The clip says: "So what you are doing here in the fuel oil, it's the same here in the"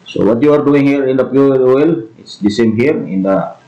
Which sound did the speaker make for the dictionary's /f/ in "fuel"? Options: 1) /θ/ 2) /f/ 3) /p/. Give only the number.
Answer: 3